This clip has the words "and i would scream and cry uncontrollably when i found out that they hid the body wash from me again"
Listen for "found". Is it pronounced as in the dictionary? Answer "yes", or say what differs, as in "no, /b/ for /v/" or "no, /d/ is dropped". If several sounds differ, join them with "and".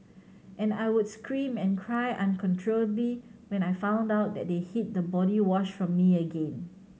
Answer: yes